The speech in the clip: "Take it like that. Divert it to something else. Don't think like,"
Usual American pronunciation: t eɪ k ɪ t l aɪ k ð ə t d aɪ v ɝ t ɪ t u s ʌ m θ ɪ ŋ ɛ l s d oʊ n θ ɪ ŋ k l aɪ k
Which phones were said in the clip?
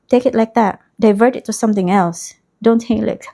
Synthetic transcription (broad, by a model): t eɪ k ɪ t l aɪ k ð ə t d aɪ v ɝ t ɪ t u s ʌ m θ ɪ ŋ ɛ l s d oʊ n t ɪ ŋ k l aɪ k